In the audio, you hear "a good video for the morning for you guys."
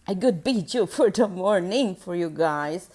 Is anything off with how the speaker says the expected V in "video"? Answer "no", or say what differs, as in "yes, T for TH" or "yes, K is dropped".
yes, B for V